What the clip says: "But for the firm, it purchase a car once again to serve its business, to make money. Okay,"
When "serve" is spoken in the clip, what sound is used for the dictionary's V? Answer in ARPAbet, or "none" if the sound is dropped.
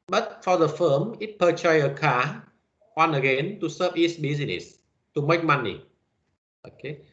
P